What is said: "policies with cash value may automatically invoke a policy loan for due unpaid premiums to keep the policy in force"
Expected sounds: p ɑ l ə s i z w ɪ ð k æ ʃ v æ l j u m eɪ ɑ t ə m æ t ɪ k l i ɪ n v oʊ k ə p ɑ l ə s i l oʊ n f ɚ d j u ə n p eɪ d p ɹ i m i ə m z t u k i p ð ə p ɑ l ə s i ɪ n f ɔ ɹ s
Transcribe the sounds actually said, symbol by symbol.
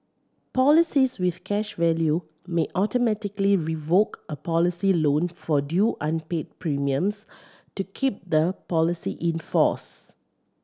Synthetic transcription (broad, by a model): p ɑ l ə s i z w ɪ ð k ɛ ʃ v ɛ l j u m eɪ ɑ t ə m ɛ t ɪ k l i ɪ v oʊ k ə p ɑ l ə s i l oʊ n f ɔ d j u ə n p eɪ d p ɹ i m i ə m s t u k i p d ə p ɑ l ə s i ɪ n f ɔ s